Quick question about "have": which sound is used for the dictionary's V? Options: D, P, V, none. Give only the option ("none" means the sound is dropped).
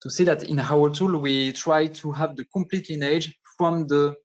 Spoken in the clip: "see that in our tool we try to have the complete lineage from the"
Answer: V